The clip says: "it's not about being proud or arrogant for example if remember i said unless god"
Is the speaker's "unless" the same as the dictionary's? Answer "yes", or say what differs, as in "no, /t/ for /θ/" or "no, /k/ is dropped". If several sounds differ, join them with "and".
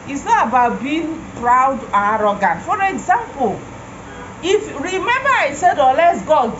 no, /n/ is dropped